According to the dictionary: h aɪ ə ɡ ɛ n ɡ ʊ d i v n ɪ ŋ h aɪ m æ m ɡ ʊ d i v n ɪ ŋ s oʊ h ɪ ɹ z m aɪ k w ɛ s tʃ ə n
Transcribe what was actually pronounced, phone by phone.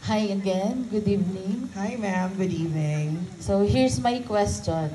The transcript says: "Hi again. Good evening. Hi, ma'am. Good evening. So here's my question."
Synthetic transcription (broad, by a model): h aɪ ə ɡ ɛ n ɡ ʊ d i v n ɪ ŋ h aɪ m æ m ɡ ʊ d i v n ɪ ŋ s oʊ h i ɹ s m aɪ k w ɛ s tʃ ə n